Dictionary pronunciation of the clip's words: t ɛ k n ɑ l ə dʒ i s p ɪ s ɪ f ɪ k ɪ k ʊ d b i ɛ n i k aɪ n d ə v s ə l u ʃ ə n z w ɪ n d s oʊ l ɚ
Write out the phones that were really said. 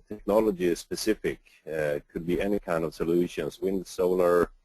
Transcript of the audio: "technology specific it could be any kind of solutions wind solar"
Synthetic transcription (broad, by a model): t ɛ k n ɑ l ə dʒ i s p ɪ s ɪ f ɪ k ɪ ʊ d b i ɛ n i k aɪ n d ə v s ə l u ʃ ə n z w ɪ n d s oʊ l ɚ